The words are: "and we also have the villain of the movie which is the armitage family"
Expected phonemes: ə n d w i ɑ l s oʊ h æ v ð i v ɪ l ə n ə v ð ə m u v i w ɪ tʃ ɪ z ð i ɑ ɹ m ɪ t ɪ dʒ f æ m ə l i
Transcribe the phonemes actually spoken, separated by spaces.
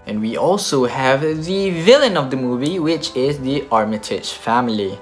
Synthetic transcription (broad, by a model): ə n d w i ɑ l s oʊ h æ v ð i v ɪ l ə n ə v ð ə m u v i w ɪ tʃ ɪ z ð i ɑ ɹ m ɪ t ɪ tʃ f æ m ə l i